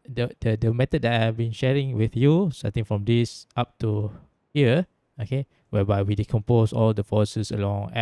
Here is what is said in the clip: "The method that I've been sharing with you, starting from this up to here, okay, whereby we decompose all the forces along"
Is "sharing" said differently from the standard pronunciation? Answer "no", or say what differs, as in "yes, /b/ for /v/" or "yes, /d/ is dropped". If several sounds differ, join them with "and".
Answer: no